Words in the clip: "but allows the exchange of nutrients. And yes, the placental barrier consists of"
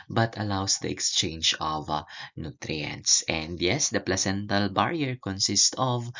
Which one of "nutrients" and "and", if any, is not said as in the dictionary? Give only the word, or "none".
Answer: none